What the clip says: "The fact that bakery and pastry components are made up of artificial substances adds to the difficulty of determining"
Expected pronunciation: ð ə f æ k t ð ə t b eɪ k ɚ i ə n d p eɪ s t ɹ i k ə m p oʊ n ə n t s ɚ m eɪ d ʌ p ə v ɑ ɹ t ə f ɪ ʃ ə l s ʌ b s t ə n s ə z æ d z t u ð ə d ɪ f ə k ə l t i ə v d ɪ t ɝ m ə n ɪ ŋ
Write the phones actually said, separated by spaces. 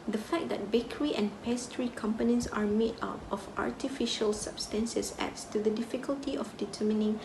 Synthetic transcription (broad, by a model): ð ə f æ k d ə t b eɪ k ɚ i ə n p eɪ s t ɹ i k ə m p oʊ n ə n t s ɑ m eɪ ɑ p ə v ɑ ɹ t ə f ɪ ʃ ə l s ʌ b s t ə n s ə s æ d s t u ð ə d ɪ f ə k ə l t i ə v d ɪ t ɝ m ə n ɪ ŋ